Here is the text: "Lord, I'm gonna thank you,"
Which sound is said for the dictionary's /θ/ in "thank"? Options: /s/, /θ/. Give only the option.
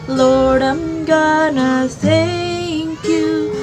/s/